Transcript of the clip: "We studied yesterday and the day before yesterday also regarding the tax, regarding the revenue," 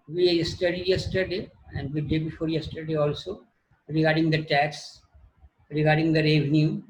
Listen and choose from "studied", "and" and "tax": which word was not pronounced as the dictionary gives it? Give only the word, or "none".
none